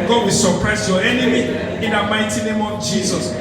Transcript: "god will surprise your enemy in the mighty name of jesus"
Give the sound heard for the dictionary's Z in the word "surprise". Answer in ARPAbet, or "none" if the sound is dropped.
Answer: S